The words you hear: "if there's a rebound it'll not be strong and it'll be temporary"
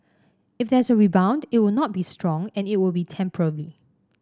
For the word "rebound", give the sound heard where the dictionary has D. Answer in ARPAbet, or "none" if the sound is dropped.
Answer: D